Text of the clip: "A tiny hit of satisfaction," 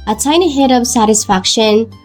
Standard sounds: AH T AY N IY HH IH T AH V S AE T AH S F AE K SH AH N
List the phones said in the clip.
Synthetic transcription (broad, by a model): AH S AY N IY HH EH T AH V S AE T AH S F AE K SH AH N